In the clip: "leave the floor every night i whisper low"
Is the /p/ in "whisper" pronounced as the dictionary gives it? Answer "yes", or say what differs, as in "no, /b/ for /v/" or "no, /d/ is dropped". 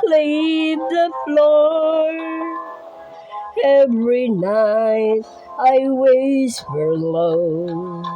no, /f/ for /p/